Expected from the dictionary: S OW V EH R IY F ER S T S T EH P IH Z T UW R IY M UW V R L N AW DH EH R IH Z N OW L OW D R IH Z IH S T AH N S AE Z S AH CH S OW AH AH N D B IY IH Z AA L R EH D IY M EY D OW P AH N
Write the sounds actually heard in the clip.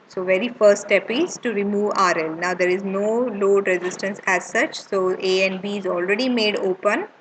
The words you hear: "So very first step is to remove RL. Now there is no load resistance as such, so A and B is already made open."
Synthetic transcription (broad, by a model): S OW V EH R IY F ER T S T EH P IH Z T UW R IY M UW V R L N AW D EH R IH Z N OW L OW D R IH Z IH S T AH N S AE Z S AH CH S OW AH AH N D B IY IH Z AA L R EH D IY M EY D OW P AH N